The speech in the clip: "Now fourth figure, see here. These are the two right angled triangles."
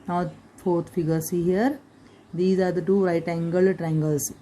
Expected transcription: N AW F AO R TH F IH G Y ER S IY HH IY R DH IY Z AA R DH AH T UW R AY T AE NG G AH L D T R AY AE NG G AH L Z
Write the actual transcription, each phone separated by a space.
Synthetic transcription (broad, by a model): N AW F AO R T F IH G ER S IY HH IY R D IY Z AA R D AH T UW R AY T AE NG G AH L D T R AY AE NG G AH L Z